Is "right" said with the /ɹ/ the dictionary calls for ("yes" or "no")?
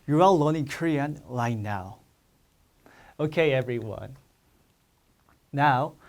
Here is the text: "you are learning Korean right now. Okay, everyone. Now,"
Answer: no